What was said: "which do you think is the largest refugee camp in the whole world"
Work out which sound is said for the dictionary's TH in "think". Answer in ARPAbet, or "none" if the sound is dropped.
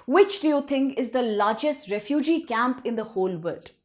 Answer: T